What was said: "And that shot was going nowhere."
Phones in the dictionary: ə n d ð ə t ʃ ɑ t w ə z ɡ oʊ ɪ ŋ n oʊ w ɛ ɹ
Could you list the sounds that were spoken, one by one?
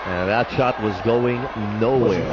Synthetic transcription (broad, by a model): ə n ð ə t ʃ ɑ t w ə z ɡ oʊ ɪ ŋ n oʊ w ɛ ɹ